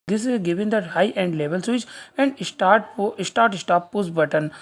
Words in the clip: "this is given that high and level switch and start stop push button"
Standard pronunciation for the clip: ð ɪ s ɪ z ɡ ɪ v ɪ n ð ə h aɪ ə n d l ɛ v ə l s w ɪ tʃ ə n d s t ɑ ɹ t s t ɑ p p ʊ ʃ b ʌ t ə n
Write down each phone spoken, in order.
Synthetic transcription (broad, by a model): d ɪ s ɪ z ɡ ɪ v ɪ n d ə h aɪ ə n d l ɛ v ə l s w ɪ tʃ ə n d s t ɑ ɹ t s t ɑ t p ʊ s b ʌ t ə n